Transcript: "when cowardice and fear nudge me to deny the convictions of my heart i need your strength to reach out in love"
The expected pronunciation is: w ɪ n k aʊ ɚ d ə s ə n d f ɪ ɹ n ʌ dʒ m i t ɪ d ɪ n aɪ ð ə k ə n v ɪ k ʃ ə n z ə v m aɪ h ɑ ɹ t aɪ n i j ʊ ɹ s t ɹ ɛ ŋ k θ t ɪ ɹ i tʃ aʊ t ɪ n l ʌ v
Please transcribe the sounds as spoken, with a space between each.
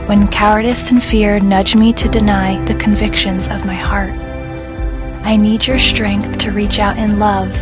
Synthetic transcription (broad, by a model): w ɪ n k aʊ ɚ d ə s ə n f ɪ ɹ n ʌ dʒ m i t ɪ d ɪ n aɪ ð ə k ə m v ɪ k ʃ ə n z ə v m aɪ h ɑ ɹ t aɪ n i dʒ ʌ ɹ s t ɹ ɛ ŋ k θ t ɪ ɹ i tʃ aʊ t ɪ n l ʌ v